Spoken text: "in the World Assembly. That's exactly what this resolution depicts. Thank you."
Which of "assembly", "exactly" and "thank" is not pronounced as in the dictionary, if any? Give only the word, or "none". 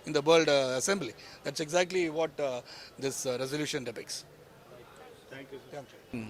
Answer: thank